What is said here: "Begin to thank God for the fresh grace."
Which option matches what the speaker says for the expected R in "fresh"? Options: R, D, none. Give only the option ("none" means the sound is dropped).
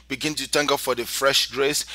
R